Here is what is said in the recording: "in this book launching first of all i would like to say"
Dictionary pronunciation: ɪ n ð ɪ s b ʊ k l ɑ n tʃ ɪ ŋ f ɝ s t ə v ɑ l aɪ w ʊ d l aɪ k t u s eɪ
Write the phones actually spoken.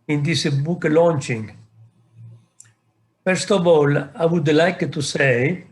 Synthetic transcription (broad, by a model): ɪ n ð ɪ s b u k l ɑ n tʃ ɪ ŋ f ɝ s t ə v ɑ l aɪ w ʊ d l aɪ k t u s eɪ